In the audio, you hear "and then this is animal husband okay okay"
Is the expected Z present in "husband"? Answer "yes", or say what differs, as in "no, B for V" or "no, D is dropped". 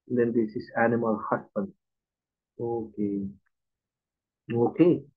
no, S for Z